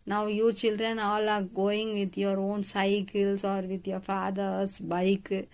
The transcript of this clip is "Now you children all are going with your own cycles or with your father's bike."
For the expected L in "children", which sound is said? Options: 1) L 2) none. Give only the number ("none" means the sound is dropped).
1